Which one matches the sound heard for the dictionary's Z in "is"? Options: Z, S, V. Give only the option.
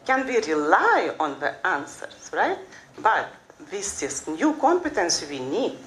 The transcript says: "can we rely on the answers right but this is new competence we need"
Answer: S